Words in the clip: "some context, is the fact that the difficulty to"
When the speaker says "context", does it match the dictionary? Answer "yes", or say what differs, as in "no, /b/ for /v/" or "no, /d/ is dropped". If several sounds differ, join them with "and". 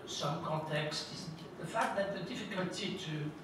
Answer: no, /n/ is dropped